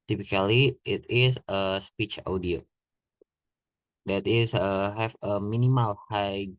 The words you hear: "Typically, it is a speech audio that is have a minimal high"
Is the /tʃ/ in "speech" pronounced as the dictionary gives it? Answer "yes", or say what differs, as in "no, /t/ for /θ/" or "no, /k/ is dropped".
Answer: yes